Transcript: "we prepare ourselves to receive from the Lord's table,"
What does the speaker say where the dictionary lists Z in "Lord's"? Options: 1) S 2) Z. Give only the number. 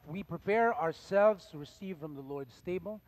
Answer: 1